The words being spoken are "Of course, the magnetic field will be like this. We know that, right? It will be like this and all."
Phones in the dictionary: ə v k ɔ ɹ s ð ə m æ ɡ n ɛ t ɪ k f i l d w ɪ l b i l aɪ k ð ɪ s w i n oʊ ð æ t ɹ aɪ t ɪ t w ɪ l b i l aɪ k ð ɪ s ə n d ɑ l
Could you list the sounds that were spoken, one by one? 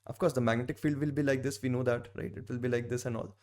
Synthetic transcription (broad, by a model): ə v k ɔ ɹ s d ə m æ ɡ n ɛ t ɪ k f i l d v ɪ l b i l aɪ k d ɪ s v i n oʊ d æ t ɹ aɪ t ɪ t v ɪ l b i l aɪ k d ɪ s ə n d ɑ l